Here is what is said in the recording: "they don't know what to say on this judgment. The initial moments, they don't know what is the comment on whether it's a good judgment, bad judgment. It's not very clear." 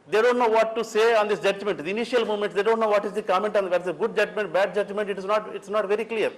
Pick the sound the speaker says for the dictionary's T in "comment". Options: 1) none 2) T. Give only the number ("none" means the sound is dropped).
2